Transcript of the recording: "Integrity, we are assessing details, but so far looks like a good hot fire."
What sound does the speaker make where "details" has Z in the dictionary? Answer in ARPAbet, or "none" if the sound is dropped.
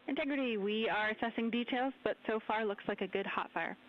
Z